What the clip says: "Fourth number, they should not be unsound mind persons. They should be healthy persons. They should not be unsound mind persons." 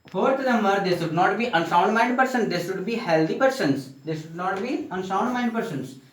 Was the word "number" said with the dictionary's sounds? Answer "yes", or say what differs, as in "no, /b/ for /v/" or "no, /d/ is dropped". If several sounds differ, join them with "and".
no, /b/ is dropped